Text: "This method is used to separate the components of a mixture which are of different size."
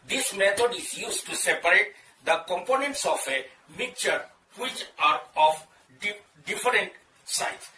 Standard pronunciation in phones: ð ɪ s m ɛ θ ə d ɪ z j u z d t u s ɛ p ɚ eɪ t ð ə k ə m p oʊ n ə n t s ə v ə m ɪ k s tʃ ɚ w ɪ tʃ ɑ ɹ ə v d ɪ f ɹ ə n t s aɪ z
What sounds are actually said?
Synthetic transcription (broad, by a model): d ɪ s m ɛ t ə d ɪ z j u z t u s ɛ p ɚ eɪ t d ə k ə m p oʊ n ə n t s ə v ə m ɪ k tʃ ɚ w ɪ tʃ ɑ ɹ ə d d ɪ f ɹ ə n t s aɪ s